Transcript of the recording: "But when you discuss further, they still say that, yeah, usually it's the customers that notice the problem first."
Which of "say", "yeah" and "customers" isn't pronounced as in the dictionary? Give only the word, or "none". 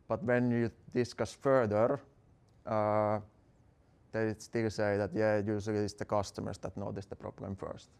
customers